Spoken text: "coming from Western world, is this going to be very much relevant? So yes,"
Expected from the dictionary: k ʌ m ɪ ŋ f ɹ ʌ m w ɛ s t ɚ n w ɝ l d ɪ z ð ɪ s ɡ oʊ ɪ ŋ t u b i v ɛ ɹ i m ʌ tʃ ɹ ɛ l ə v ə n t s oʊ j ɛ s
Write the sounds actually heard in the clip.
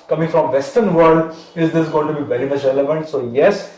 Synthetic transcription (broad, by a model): k ʌ m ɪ ŋ f ɹ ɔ m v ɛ s t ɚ n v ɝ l d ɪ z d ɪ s ɡ oʊ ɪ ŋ t u b i v ɛ ɹ i m ʌ tʃ ɹ ɛ l ə v ə n t s oʊ j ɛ s